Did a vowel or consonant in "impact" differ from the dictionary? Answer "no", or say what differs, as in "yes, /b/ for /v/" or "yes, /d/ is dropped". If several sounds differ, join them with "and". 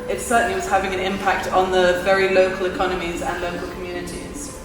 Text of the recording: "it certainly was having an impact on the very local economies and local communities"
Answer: no